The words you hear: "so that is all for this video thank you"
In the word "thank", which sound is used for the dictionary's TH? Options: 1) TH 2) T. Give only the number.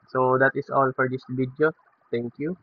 2